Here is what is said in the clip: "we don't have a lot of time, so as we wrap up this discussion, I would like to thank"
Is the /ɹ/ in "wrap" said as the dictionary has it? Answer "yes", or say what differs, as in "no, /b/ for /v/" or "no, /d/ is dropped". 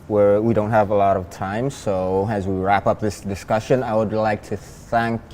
yes